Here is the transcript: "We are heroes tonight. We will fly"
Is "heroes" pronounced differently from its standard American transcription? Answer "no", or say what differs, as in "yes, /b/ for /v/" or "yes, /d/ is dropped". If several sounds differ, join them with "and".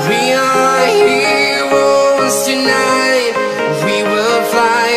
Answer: yes, /w/ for /ɹ/